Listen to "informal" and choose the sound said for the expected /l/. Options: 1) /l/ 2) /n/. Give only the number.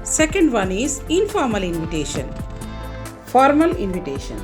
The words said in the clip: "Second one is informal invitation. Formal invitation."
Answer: 1